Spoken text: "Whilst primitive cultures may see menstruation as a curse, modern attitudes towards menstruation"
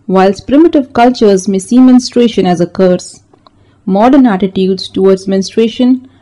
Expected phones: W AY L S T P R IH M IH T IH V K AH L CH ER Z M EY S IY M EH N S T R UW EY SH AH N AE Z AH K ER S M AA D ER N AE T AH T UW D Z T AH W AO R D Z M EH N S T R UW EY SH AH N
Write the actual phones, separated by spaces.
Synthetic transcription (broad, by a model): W AY L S P R IH M IH T IH V K AH L CH ER Z M EY S IY M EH N S T R EY SH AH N AE Z AH K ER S M AA D ER N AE T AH T UW D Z T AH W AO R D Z M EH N S T R EY SH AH N